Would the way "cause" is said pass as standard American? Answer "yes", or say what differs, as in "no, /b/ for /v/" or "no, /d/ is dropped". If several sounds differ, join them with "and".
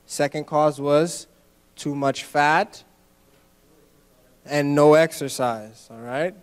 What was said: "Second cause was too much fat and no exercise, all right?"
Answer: yes